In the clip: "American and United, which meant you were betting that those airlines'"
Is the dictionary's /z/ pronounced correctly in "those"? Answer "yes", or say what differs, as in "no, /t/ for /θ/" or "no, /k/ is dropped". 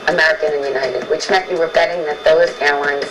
yes